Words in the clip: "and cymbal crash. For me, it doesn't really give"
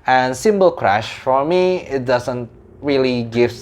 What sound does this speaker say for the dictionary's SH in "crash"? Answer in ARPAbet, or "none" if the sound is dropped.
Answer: SH